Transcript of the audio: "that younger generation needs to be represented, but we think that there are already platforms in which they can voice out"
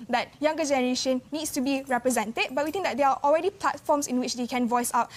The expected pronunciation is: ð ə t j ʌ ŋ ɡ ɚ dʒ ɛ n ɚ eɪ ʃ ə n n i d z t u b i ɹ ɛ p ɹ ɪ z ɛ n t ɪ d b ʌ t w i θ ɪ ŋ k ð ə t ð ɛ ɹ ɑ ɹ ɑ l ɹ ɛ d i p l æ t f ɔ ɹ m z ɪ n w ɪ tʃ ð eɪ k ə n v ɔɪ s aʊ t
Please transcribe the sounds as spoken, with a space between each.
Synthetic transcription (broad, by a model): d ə t j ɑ ŋ ɡ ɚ dʒ ɛ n ɚ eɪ ʃ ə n n i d s t u b i ɹ ɛ p ɹ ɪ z ɛ n t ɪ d b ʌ t w i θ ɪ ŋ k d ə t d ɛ ɹ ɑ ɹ ɑ l ɹ ɛ d i p l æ t f ɔ m s ɪ n w ɪ tʃ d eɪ k ə n v ɔɪ s aʊ t